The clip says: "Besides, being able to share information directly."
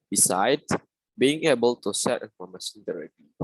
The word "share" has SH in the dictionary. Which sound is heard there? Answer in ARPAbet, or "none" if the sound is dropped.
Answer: S